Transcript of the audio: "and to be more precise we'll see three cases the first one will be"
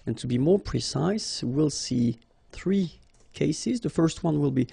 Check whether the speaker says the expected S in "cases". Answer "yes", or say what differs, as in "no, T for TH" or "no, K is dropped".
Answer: yes